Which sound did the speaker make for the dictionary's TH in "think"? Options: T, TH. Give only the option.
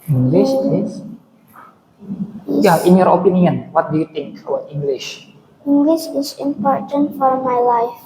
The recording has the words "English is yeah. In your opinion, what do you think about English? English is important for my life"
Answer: T